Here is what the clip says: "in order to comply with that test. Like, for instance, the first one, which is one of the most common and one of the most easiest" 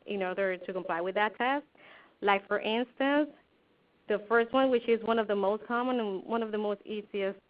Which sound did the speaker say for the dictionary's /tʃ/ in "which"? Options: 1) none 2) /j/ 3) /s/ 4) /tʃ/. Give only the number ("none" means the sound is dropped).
4